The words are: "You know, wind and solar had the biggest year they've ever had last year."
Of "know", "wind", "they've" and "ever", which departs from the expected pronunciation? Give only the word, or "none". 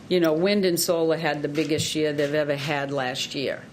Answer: none